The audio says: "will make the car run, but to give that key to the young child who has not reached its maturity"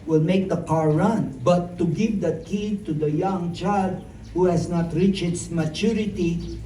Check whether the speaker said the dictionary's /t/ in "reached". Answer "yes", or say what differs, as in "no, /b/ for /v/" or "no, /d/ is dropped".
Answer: no, /t/ is dropped